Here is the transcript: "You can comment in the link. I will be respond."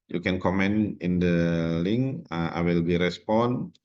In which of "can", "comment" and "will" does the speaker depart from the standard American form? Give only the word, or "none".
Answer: comment